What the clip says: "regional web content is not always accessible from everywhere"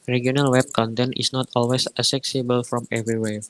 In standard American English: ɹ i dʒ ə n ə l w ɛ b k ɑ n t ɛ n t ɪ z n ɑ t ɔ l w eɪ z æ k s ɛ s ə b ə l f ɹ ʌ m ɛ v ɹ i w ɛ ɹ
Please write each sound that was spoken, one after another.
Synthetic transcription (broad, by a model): ɹ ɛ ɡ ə n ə l w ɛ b k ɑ n t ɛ n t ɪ s n ɑ t ɔ l w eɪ s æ s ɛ s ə b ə l f ɹ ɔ m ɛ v ɹ i w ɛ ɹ